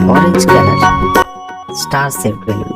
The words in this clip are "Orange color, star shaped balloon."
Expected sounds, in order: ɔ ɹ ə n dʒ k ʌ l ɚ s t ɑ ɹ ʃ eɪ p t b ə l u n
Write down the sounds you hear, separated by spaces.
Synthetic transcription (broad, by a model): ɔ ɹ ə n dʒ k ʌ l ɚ s t ɑ ɹ s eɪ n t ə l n